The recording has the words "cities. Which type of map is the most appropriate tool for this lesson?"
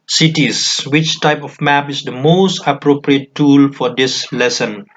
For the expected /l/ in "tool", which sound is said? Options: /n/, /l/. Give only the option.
/l/